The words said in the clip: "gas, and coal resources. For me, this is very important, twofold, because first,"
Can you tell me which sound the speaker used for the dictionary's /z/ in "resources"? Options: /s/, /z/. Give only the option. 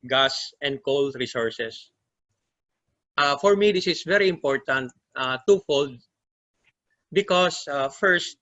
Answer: /s/